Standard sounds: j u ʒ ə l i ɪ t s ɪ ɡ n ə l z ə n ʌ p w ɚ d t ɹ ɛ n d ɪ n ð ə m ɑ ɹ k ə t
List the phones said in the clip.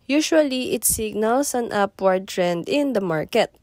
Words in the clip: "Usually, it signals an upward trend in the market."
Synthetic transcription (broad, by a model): j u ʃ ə l i ɪ t s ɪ ɡ n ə l s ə n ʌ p w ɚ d t ɹ ɛ n d ɪ n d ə m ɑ ɹ k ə t